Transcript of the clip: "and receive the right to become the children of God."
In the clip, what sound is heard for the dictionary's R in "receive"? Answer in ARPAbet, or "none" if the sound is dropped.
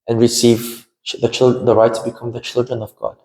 R